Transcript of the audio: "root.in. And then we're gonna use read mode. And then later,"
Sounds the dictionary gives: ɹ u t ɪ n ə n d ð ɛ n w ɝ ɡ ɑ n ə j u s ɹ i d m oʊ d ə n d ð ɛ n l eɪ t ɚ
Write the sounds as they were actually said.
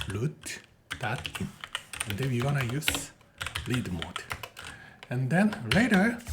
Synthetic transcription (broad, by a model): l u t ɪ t ə n d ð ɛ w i ɡ ɑ n ə j u s l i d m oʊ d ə n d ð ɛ n l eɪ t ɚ